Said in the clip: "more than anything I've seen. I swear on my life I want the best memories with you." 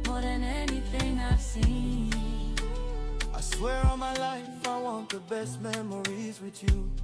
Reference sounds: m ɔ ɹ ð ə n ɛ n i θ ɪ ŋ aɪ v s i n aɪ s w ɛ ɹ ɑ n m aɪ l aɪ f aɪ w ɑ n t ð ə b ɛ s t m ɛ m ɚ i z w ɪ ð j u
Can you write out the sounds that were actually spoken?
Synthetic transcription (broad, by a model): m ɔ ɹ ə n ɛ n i f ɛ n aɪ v s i aɪ s w ɛ ɹ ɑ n m aɪ l aɪ f aɪ w ɑ n t ð ə b ɛ s t m ɛ m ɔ i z w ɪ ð j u